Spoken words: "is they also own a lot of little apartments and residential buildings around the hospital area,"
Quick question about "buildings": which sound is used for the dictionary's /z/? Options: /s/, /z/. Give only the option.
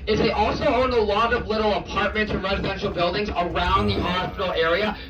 /z/